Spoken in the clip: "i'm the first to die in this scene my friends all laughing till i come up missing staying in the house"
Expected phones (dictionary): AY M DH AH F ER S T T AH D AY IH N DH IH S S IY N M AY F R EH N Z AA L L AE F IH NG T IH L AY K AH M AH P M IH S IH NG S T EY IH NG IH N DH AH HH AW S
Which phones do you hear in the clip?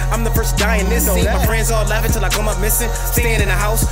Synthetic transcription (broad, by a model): AY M DH AH F ER S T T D AY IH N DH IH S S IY M AY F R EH Z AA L L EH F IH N T IH L AY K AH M AH P M IH S IH NG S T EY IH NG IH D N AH HH AW S